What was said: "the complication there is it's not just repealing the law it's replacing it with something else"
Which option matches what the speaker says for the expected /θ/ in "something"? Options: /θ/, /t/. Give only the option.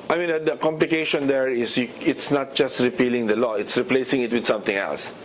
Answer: /t/